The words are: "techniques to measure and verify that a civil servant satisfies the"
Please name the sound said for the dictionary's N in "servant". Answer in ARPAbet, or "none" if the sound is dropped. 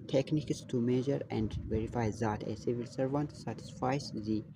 N